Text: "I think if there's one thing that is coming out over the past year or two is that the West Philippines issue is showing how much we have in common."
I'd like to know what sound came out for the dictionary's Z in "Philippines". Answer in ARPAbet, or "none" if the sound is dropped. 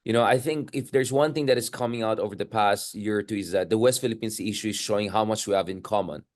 S